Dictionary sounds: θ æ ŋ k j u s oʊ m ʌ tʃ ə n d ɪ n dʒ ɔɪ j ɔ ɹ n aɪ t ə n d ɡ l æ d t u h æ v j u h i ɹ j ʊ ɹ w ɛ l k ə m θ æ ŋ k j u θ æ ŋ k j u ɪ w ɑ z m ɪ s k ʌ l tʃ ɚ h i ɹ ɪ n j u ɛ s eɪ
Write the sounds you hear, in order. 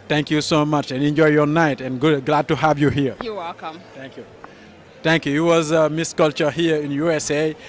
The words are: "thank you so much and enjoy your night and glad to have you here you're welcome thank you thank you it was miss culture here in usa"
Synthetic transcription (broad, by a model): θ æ ŋ k j u s oʊ m ʌ tʃ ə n ɪ n dʒ ɔɪ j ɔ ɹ n aɪ t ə n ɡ ɡ l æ d t u h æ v j u h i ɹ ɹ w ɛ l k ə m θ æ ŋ k j u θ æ ŋ k j u ɪ w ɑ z m ɪ s k ʌ l tʃ ɚ h i ɹ ɪ n j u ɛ s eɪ